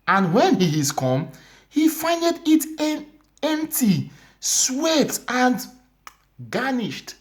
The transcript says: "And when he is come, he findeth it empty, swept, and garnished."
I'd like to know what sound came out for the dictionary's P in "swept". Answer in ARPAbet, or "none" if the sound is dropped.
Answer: none